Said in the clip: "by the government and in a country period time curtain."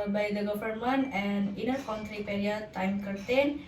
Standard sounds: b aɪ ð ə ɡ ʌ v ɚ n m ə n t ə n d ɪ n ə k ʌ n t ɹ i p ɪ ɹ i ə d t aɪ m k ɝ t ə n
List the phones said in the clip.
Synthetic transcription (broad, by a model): b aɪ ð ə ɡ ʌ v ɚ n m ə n ə n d ɪ n ə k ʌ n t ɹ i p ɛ ɹ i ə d t aɪ m k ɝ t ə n